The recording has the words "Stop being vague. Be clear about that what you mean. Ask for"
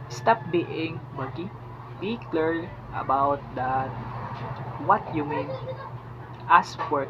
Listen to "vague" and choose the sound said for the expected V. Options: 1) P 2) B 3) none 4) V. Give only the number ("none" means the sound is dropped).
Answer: 2